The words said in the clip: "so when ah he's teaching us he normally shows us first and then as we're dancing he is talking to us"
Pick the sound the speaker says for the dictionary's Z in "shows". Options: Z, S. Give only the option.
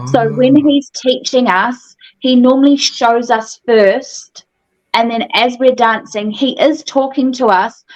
Z